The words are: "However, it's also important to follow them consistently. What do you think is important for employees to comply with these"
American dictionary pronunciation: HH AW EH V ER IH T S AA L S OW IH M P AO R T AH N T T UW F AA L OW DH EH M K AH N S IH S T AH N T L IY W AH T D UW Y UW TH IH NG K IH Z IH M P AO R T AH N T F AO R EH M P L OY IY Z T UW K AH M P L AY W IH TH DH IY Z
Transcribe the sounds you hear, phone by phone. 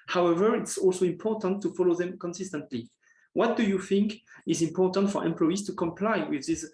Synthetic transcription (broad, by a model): HH AW EH V ER IH T S AA L S OW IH M P AO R T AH N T T UW F AA L OW DH EH M K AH N S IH S T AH N T L IY W AH T D UW Y UW TH IH NG K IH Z IH M P AO R T AH N T F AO R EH M P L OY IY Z T UW K AH M P L AY W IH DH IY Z